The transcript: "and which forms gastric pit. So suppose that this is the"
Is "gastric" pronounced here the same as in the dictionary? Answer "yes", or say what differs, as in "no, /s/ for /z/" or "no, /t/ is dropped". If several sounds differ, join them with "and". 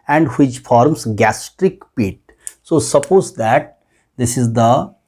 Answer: yes